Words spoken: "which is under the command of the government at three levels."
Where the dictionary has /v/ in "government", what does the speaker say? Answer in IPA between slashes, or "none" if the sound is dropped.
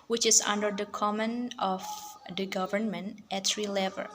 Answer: /v/